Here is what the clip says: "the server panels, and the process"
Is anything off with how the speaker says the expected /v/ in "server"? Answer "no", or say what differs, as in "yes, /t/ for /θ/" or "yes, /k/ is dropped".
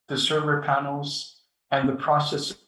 no